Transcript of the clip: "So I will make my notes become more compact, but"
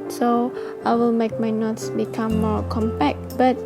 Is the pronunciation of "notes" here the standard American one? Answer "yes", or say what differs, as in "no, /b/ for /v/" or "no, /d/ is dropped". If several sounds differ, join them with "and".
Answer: yes